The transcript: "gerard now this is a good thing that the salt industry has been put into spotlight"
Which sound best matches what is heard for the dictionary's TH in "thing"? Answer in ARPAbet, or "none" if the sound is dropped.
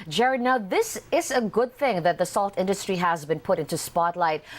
TH